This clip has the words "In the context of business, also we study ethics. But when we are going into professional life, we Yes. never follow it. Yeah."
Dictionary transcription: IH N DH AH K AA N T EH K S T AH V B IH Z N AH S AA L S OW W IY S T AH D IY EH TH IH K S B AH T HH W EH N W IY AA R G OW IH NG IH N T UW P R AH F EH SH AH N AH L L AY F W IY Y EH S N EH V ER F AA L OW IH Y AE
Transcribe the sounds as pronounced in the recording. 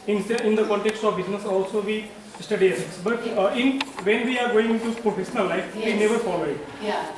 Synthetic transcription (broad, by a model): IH N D AH K AA N T EH K S T AH V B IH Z N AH S AA L S OW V IY S T AH D IY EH S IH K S B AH T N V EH N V IY AA R G OW IH NG IH N T UW P R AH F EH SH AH N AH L L AY F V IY N EH V ER F AA L OW IH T